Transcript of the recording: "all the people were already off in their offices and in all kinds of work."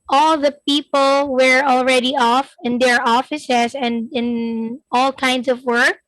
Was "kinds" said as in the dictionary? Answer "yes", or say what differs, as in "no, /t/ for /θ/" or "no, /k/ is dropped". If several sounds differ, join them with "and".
no, /s/ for /z/